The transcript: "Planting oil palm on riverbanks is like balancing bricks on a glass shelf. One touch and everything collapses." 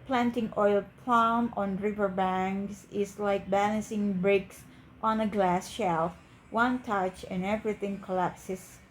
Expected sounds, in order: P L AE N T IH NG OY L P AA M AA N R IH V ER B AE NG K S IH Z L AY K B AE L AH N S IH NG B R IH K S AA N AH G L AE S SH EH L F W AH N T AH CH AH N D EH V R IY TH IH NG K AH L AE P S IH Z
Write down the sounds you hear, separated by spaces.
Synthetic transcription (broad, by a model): P L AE N T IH NG OY L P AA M AA N R IH V ER B AE NG K S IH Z L AY K B AE L AH N S IH NG B R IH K S AA N AH G L AE S SH EH L F W AH N T AH CH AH N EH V R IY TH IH NG K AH L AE P S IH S